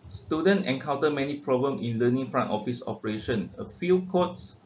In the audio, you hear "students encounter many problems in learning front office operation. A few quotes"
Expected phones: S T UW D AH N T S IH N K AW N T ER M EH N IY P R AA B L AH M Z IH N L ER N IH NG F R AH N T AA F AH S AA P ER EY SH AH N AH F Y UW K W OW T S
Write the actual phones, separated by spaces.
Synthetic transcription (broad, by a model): S T UW D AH N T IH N K AW N T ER M EH N IY P R AA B L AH M IH N L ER N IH NG F R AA N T AA F AH S AA P ER EY SH AH N AH F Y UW K OW T S